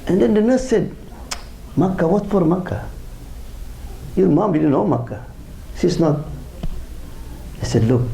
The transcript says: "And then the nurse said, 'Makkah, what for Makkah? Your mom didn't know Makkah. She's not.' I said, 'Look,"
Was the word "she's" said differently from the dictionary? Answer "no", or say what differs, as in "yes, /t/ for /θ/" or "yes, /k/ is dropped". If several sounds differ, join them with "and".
yes, /s/ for /ʃ/ and /s/ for /z/